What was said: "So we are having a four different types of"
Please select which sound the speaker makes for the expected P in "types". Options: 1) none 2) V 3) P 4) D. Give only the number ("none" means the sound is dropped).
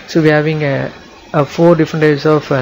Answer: 1